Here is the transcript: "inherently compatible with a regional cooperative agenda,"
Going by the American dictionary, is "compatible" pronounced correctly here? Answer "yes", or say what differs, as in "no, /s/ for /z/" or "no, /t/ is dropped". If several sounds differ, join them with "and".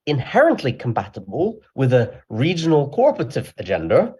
no, /b/ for /p/